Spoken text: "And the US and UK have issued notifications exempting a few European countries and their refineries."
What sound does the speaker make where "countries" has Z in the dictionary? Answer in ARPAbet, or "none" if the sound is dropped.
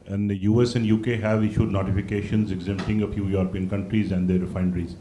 Z